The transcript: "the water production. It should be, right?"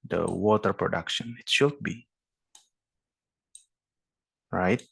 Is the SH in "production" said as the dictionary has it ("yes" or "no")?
yes